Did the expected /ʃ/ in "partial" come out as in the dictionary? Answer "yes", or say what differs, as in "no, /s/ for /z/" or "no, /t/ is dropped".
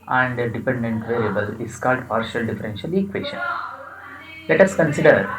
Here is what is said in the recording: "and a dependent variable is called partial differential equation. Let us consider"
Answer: yes